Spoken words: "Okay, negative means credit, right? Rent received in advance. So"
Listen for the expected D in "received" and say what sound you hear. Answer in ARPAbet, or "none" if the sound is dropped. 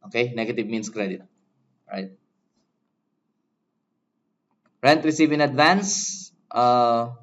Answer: none